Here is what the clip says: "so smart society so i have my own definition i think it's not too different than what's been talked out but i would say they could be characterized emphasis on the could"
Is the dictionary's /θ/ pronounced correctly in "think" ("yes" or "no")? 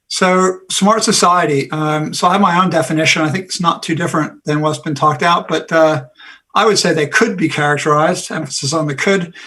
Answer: yes